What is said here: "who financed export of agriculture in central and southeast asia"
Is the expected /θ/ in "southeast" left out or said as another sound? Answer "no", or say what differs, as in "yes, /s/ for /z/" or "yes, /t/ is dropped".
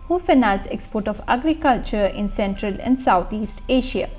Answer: yes, /t/ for /θ/